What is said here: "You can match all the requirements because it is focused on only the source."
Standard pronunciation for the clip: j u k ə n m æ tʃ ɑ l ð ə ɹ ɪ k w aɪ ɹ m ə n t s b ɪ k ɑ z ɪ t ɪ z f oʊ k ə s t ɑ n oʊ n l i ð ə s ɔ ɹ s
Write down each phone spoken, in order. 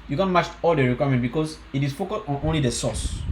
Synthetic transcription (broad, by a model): j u k ə n m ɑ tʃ ɑ l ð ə ɹ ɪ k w aɪ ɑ m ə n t b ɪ k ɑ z ɪ t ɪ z f oʊ k ə s t ɑ n oʊ n l i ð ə s ɔ s